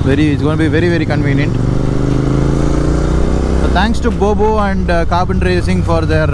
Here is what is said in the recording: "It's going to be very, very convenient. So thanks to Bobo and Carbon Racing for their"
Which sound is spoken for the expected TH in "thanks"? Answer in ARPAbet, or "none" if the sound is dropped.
T